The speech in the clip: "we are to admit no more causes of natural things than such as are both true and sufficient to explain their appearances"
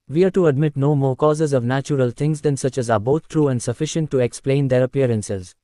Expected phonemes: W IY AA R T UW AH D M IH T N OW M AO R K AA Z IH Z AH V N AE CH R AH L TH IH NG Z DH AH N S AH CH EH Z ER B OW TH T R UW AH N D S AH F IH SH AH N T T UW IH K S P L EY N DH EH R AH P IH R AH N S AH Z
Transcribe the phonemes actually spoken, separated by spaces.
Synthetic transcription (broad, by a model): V IY AA R T UW AH D M IH T N OW M AO R K AA Z IH Z AH V N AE CH R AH L T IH NG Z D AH N S AH CH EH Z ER B OW T T R UW AH N D S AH F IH SH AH N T T UW IH K S P L EY N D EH R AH P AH R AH N S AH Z